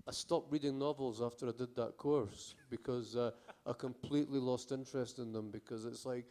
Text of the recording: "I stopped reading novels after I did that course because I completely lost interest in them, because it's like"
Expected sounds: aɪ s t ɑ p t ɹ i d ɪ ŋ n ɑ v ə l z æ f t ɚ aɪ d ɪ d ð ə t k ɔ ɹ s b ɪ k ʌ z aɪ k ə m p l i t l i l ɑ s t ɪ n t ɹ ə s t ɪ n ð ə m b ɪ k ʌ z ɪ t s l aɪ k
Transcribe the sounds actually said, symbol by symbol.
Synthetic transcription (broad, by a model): aɪ s t ɑ p ɹ i d ɪ ŋ n ɑ v ə l z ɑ f t ɚ aɪ d ɪ d ð ə t k ɔ ɹ s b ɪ k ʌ z aɪ k ə m p l i t l i l ɑ s t ɪ n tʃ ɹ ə s t ɪ n ð ə m b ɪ k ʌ z ɪ t s l aɪ k